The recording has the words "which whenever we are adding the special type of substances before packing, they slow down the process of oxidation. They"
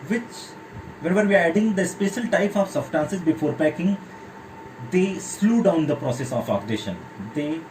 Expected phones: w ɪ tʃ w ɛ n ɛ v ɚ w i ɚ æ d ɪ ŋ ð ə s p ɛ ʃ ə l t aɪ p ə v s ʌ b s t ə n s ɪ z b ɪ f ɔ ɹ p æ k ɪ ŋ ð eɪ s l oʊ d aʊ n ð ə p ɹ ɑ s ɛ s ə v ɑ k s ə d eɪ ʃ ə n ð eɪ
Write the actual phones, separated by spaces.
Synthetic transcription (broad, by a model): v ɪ tʃ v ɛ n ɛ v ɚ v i ɚ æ d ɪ ŋ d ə s p ɛ ʃ ə l t aɪ p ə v s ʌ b s t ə n s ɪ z b ɪ f ɔ ɹ p æ k ɪ ŋ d eɪ s l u d aʊ n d ə p ɹ ɑ s ɛ s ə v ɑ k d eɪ ʃ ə n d eɪ